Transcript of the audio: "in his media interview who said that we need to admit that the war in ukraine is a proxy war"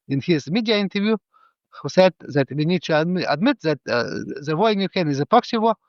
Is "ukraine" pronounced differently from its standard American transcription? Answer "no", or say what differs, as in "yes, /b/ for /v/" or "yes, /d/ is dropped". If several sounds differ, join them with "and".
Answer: yes, /ɹ/ is dropped